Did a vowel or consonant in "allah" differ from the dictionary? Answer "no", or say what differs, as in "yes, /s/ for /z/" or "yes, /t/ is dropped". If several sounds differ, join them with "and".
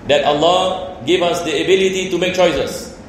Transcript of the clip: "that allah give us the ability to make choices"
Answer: no